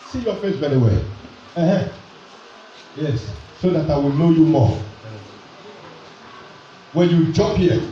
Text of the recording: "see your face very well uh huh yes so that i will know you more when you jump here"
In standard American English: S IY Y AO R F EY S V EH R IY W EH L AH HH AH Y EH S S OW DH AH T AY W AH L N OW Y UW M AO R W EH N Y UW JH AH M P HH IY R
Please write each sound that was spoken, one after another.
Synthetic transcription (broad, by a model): S IY Y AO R F EY S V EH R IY W EH L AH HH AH Y EH S S OW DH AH T AY W AH L N OW Y UW M AO W EH N Y UW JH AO P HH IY